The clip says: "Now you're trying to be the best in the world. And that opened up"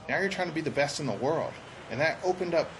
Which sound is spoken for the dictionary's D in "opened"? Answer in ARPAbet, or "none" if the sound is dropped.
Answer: D